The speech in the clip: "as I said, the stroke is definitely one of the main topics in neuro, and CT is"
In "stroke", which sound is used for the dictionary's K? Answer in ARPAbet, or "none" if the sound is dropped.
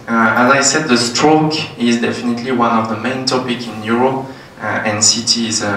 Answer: K